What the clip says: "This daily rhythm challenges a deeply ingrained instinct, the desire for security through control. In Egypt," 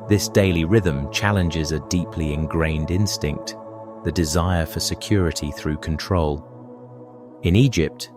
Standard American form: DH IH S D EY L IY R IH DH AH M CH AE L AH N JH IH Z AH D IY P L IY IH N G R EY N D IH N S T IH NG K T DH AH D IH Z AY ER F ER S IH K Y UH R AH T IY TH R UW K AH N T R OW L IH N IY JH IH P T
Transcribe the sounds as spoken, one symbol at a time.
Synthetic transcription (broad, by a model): DH IH S D EY L IY R IH DH AH M CH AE L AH N JH IH Z AH D IY P L IY IH N G R EY N D IH N S T IH NG K T DH AH D IH Z AY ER F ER S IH K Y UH R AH T IY TH R UW K AH N T R OW L IH N IY JH IH P T